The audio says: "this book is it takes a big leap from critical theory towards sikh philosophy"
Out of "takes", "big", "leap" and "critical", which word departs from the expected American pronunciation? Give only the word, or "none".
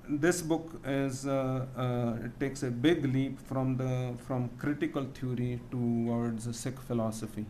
none